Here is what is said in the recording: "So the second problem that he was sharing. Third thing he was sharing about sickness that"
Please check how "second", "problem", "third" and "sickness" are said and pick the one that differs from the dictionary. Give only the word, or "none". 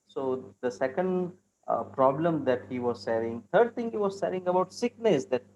third